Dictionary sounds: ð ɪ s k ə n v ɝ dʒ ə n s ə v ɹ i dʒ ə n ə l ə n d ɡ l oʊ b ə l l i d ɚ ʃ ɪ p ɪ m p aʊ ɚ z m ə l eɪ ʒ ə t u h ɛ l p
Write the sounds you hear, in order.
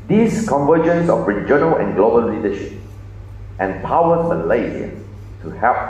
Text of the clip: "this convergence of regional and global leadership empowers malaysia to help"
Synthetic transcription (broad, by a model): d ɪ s k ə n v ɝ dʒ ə n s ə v ɹ i dʒ ə n ə l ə n ɡ l oʊ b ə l l i d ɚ ʃ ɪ p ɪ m p aʊ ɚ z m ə l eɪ z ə t u h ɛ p